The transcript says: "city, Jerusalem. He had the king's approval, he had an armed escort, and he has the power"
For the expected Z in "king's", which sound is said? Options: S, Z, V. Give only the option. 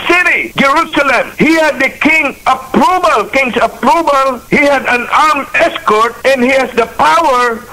S